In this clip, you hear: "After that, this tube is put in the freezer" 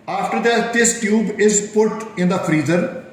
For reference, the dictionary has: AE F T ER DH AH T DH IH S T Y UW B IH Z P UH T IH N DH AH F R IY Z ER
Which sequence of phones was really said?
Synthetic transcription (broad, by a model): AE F T ER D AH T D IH S T Y UW B IH Z P UH T IH N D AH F R IY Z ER